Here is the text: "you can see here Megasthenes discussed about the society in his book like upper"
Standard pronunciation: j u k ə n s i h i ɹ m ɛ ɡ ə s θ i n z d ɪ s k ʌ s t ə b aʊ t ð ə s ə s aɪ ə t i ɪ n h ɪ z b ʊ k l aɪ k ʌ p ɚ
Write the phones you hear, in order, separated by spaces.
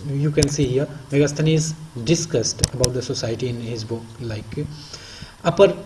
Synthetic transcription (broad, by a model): j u k ə n s i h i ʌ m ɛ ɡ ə s t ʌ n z d ɪ s k ʌ s t ə b aʊ t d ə s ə s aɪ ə t i ɪ n h ɪ z b ʊ k l aɪ k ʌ p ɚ